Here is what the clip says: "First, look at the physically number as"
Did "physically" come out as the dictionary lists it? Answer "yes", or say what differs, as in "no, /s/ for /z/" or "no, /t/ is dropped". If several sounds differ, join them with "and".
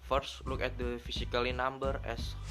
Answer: no, /s/ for /z/